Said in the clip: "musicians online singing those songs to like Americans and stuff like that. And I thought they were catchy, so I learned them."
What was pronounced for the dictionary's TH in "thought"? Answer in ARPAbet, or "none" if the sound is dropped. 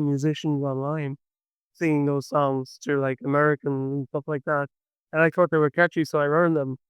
TH